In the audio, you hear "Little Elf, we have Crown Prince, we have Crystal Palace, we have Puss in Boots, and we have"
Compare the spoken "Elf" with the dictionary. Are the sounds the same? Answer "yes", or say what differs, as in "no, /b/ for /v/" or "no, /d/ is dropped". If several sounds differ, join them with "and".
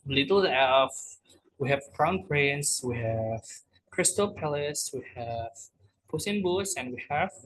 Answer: no, /l/ is dropped